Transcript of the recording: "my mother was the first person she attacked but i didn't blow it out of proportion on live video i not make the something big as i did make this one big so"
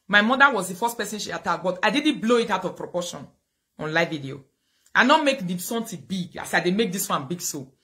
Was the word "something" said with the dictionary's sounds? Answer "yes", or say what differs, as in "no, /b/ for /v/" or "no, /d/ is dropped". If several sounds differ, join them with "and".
no, /t/ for /θ/